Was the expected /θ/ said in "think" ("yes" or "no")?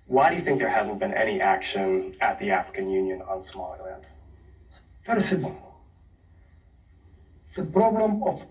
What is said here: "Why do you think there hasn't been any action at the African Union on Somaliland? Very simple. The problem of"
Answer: yes